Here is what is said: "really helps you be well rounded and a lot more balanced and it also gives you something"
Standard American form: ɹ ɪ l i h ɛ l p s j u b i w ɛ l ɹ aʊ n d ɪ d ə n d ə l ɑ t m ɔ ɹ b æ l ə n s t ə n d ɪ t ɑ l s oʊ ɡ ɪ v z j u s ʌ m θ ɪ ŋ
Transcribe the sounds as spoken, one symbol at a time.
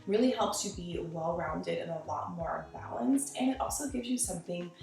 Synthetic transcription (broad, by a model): ɹ ɪ l i h ɛ l p s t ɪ b i w ɛ l ɹ aʊ n d ɪ d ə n ə l ɑ t m ɔ ɹ b æ l ə n s t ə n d ɪ t ɑ l s oʊ ɡ ɪ v z j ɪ s ʌ m θ ɪ ŋ